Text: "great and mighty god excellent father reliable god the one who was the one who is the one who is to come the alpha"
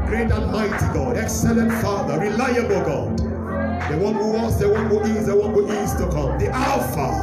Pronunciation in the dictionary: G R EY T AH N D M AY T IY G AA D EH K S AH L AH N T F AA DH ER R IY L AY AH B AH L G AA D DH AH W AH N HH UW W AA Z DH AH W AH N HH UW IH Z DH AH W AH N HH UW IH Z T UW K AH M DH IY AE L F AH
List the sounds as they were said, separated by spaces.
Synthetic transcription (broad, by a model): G R EY T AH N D M AY T IY G AA D EH K S AH L AH N T F AA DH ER R IY L AY AH B AH L G AA D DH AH W AH N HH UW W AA S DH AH W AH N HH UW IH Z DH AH W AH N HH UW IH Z T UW K AH M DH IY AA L F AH